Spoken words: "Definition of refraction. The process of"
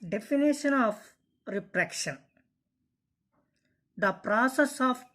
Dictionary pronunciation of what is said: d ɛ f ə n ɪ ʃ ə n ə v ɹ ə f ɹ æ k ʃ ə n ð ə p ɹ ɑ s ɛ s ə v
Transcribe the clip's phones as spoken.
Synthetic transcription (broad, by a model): d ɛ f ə n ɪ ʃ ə n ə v ɹ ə p ɹ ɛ k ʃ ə n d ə p ɹ ɑ s ɛ s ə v